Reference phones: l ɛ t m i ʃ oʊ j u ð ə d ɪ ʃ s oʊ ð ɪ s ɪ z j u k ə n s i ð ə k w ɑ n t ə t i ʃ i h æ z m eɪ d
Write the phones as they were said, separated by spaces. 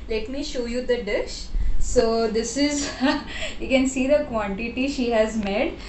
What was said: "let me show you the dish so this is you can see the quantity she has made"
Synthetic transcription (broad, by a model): l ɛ t m i ʃ oʊ j u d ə d ɪ ʃ s oʊ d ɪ s ɪ z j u k ə n s i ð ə k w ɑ n t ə t i ʃ i h æ z m eɪ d